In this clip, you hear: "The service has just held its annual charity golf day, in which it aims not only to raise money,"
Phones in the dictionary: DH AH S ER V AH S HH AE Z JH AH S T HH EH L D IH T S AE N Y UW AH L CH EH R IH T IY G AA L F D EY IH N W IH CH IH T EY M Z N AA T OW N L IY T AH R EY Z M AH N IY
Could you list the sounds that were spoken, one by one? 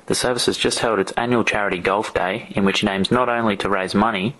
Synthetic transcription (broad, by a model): DH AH S ER V AH S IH Z JH AH S T HH EH L D IH T S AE N Y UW L CH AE R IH T IY G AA L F D EY IH N W IH CH IH T EY M Z N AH T OW N L IY T AH R EY Z M AH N IY